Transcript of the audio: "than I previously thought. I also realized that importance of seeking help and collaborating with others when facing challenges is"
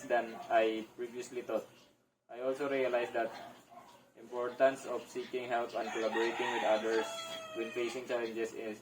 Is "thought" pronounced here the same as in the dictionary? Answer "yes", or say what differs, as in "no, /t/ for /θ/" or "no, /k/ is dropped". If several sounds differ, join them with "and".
no, /t/ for /θ/